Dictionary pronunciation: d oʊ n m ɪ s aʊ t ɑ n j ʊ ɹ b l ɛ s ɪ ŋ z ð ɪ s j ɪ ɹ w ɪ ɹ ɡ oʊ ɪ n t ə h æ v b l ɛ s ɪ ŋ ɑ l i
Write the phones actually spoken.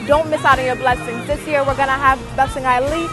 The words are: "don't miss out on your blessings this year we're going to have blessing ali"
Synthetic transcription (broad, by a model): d oʊ n m ɪ s aʊ t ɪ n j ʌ ɹ b l ɛ s ɪ ŋ z ð ɪ s j ɪ ɹ w ɪ ɹ ɡ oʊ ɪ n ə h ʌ v b l ɛ s ɪ ŋ ɑ l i